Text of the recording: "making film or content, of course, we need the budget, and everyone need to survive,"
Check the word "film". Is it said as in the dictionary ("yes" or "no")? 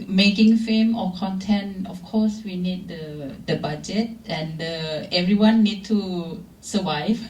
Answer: no